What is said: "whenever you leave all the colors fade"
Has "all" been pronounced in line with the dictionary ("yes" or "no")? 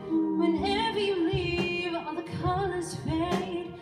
no